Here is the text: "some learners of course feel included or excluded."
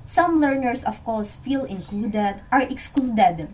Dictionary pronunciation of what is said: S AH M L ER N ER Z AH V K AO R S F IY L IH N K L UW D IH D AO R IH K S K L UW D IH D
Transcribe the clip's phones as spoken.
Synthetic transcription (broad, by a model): S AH M L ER N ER S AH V K AO R S F IY L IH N K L UW D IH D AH R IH K S K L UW D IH D